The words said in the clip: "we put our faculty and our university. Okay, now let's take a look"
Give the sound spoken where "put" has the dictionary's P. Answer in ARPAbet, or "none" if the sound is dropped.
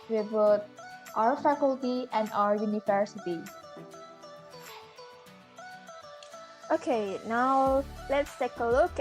B